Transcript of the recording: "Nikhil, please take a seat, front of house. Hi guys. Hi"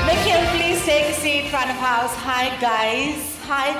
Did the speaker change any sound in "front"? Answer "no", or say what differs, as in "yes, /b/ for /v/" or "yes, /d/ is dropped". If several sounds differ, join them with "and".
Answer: yes, /t/ is dropped